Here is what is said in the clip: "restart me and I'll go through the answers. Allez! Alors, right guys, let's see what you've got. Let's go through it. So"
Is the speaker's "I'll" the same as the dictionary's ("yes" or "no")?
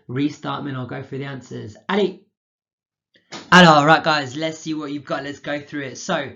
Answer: yes